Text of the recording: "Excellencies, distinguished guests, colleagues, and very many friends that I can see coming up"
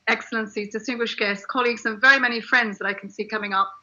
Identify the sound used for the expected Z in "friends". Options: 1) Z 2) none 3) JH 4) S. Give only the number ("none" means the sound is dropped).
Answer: 1